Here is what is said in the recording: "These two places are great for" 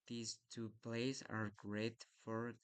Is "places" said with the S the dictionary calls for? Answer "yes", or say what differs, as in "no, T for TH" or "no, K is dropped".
no, S is dropped